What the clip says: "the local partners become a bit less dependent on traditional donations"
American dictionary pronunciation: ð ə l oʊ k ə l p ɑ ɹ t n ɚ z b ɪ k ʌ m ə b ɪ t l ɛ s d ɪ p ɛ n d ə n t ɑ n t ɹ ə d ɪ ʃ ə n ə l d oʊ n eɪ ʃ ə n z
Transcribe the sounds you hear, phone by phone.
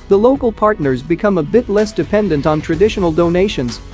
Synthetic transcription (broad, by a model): ð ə l oʊ k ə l p ɑ ɹ t n ɚ z b ɪ k ʌ m ə b ɪ t l ɛ s d ɪ p ɛ n d ə n t n t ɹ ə d ɪ ʃ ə n l d oʊ n eɪ ʃ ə n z